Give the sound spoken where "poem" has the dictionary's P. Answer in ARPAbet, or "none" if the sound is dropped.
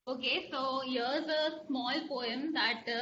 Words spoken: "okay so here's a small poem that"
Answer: P